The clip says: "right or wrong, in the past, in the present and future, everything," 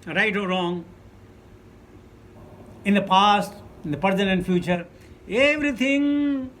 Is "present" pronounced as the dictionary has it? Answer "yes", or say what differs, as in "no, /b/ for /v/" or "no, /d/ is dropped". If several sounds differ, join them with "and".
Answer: no, /t/ is dropped